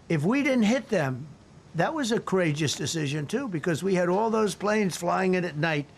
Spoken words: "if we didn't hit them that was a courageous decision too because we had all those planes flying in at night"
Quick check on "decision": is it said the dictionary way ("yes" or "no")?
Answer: yes